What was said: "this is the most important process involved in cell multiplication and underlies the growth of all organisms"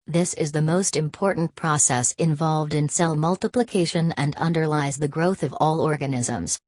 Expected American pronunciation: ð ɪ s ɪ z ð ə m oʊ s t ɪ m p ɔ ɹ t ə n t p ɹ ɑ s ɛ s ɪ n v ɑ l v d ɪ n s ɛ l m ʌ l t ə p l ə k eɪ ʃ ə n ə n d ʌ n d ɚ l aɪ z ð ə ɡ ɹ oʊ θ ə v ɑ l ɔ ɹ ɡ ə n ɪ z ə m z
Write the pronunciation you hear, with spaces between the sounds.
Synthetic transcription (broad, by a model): ð ɪ s ɪ z ð ə m oʊ s t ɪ m p ɔ ɹ t n p ɹ ɑ s ɛ s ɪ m v ɑ l v d ɪ n s ɛ l m ʌ l t ə p l ə k eɪ ʃ ə n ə n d ʌ n d ɚ l aɪ z ð ə ɡ ɹ oʊ θ ə v ɑ l ɔ ɹ ɡ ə n ɪ z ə m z